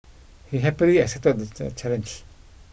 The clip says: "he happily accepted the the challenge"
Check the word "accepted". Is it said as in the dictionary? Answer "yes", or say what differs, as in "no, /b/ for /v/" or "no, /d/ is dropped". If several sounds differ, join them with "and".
no, /p/ is dropped